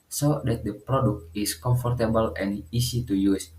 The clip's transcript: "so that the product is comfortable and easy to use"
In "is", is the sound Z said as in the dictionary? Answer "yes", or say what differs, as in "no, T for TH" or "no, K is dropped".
no, S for Z